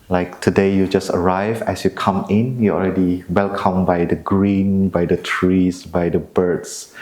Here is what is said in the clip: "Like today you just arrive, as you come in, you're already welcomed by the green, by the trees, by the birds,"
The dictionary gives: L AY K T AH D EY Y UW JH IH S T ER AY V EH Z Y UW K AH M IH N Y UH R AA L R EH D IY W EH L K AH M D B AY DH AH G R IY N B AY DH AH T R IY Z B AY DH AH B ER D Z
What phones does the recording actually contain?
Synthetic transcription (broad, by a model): L AY K T AH D EY Y UW JH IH S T ER AY V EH S Y UW K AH M IH N Y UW AA L R EH D IY W EH L K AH M B AY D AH G R IY N B AY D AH T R IY S B AY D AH B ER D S